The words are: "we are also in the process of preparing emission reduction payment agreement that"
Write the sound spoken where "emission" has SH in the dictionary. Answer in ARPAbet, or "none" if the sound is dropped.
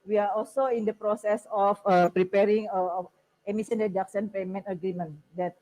S